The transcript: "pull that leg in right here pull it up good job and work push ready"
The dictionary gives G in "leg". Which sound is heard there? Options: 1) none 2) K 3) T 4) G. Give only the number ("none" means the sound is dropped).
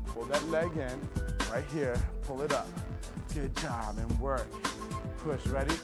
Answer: 4